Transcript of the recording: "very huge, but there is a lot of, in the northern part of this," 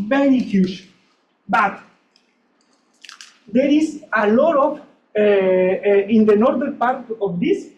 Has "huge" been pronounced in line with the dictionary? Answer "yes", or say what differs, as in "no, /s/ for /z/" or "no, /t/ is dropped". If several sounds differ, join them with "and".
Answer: no, /ʃ/ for /dʒ/